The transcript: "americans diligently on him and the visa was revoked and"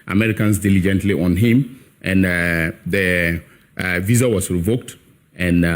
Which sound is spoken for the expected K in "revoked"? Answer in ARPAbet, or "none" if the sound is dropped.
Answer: K